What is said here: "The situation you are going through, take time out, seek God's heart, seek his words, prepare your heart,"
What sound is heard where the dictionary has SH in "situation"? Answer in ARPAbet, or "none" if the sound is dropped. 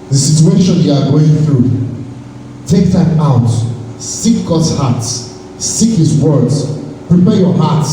SH